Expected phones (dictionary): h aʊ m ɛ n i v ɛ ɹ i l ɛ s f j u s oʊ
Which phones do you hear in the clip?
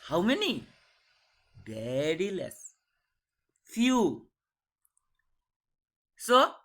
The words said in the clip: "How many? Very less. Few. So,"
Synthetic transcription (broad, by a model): h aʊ m ɛ n i b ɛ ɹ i l ɛ s f j u s oʊ